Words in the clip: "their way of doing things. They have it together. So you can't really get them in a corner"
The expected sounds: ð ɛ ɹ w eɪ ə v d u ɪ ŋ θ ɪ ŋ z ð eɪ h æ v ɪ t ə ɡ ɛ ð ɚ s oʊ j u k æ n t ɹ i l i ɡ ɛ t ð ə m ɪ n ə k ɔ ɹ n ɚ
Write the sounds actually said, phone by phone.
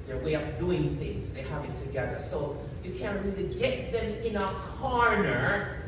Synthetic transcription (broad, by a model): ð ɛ ɹ w eɪ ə p d u ɪ ŋ θ ɪ ŋ z ð eɪ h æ v ɪ t ə ɡ ɛ ð ɚ s oʊ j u k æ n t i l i ɡ ɛ t ð ə m ɪ n ə k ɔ ɹ n ɚ